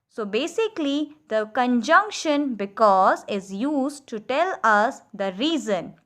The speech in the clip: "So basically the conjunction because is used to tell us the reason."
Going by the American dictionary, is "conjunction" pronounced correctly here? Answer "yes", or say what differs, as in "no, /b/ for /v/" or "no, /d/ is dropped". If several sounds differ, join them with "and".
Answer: yes